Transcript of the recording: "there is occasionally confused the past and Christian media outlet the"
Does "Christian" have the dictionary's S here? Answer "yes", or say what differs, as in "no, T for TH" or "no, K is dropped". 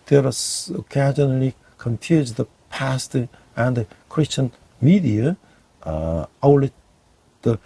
yes